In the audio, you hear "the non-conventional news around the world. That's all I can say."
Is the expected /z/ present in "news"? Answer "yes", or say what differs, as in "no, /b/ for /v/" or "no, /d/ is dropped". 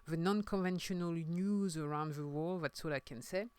yes